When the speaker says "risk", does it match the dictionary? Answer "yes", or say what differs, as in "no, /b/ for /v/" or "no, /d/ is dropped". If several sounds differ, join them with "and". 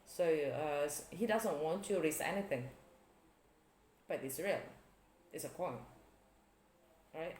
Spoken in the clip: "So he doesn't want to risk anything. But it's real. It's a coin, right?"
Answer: no, /k/ is dropped